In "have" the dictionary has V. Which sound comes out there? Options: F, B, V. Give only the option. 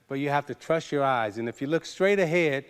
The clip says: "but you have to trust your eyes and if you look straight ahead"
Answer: F